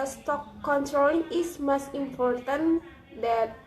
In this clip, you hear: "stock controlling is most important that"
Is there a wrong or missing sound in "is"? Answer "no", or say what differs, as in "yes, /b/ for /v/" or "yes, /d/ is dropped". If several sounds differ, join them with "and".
yes, /s/ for /z/